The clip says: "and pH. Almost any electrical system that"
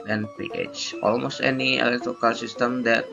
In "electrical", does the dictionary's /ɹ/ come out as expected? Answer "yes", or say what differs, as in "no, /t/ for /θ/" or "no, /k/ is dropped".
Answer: no, /ɹ/ is dropped